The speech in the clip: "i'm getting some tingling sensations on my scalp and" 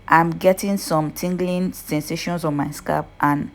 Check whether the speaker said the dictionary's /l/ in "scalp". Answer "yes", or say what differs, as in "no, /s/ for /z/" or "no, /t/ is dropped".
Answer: no, /l/ is dropped